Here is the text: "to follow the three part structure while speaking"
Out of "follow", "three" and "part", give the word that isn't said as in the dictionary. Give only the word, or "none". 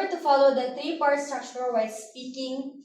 three